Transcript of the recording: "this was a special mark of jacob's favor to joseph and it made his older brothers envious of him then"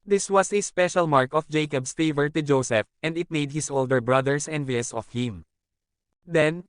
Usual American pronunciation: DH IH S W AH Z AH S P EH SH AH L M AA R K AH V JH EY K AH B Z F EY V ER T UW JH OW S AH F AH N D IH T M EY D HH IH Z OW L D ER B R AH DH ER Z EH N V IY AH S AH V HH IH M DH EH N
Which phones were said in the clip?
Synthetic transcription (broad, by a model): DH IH S W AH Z AH S P EH SH AH L M AA R K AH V JH EY K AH B S F EY V ER T UW JH OW S AH F AH N D IH T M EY D HH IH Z OW L D ER B R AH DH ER S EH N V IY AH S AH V HH IH M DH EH N